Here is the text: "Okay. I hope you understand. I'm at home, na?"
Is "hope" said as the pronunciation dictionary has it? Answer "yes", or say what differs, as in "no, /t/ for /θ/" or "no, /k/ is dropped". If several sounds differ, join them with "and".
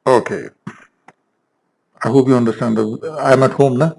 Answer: no, /b/ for /p/